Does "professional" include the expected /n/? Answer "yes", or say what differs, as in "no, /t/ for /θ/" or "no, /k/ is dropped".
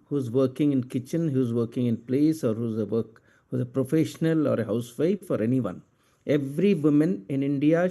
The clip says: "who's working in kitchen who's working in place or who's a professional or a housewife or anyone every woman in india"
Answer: yes